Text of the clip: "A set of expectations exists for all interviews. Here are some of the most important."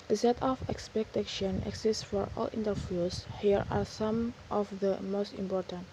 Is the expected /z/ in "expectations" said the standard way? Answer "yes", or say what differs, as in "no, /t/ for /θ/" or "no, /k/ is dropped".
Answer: no, /z/ is dropped